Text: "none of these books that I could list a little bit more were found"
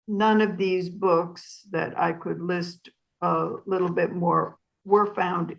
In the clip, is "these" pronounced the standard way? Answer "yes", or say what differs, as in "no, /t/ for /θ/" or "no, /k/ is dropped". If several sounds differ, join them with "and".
yes